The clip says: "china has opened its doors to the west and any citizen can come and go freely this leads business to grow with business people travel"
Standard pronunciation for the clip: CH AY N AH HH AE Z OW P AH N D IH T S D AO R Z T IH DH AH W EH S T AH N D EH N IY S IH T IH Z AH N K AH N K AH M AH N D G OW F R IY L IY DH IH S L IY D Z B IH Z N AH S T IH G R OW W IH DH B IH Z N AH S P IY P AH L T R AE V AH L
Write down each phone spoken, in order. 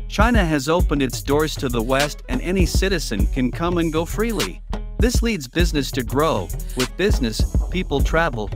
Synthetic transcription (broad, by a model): CH AY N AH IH Z OW P AH N D IH T S D AO R Z T IH DH AH W EH S T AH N EH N IY S IH T IH Z AH N K AH N K AH M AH N G OW F R IY L IY DH IH S L IY D Z B IH Z N AH S T IH G R OW W IH DH B IH Z N AH S P IY P L T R AE V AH L